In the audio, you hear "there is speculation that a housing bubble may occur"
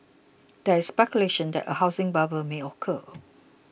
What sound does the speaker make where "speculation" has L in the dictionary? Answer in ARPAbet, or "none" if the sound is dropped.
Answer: L